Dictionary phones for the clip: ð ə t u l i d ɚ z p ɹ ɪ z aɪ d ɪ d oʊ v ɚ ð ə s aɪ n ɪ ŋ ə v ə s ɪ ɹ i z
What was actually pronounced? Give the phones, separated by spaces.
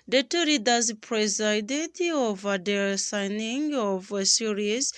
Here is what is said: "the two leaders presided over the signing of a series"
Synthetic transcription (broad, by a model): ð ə t u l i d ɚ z p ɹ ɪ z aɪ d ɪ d oʊ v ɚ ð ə s aɪ n ɪ ŋ ə v s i ɹ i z